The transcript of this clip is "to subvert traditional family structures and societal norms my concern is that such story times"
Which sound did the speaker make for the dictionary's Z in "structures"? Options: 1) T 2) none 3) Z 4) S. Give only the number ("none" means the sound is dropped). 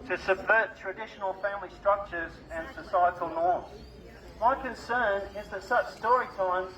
3